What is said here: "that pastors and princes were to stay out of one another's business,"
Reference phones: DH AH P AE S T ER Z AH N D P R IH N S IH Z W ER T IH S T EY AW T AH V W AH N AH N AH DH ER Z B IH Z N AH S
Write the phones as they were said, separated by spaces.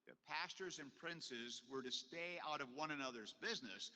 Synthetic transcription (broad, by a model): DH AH P AE S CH ER Z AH N P R IH N S IH Z W ER T IH S T EY AW T AH V W AH N AH N AH DH ER Z B IH Z N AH S